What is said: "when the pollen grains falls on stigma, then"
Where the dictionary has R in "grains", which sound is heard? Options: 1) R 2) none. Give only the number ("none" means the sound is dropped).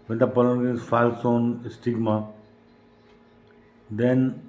2